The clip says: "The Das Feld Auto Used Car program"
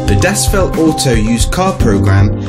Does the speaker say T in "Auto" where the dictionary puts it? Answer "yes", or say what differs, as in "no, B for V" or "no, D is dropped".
no, S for T